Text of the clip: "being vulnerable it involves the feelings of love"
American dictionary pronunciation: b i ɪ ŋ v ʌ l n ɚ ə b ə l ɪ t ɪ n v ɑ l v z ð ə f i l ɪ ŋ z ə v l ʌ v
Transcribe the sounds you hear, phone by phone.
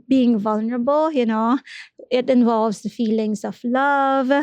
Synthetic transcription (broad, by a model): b i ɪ ŋ v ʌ l n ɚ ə b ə l ɪ t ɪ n v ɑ l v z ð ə f i l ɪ ŋ s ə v l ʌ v